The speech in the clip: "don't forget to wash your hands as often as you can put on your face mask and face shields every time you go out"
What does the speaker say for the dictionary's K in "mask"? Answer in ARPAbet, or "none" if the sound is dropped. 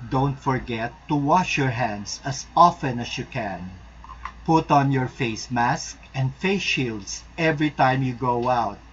K